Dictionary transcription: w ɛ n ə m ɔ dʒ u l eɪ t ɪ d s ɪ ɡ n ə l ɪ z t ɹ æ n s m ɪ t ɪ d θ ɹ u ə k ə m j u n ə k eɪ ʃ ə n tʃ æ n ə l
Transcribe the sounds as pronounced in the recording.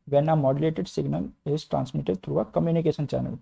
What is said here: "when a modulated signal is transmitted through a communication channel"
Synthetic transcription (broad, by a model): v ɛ n ə m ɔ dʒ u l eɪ t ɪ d s ɪ ɡ n ə l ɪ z t ɹ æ n s m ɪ t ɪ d t ɹ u ə k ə m j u n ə k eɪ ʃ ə n tʃ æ n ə l